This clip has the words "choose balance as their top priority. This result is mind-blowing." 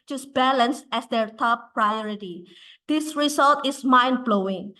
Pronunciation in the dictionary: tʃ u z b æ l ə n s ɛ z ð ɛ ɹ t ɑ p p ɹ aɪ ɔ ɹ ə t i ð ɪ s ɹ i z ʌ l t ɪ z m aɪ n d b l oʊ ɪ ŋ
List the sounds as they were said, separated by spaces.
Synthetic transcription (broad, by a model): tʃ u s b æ l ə n s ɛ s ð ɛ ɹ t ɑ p p ɹ aɪ ɔ ɹ ə t i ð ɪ s ɹ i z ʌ l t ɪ s m aɪ n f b l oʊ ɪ ŋ